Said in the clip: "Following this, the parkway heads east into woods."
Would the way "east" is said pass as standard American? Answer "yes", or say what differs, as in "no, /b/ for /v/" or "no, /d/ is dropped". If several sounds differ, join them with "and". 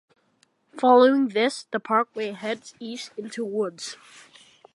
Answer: no, /t/ is dropped